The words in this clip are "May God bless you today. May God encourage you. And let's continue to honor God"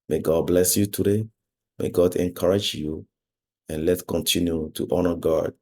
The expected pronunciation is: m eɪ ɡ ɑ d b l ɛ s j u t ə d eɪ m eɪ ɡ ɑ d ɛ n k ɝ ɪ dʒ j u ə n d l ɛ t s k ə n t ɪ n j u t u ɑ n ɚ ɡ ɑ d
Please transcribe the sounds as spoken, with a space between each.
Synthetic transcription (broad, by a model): m eɪ ɡ ɑ d b l ɛ s j u t ə d eɪ m eɪ ɡ ɑ d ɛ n k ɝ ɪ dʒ j u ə n l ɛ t k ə n t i n j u t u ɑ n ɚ ɡ ɑ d